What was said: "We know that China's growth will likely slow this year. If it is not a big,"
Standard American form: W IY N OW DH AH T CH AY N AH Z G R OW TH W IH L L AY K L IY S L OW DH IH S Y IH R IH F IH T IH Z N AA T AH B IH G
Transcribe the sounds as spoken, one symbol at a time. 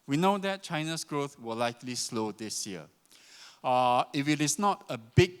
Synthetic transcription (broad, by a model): W IY N OW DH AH T CH AY N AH S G R OW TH W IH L L AY K L IY S L OW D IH S Y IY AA IH F IH T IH S N AA T AH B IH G